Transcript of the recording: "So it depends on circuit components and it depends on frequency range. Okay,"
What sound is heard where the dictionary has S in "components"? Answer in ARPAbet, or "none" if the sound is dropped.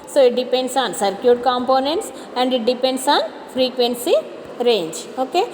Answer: S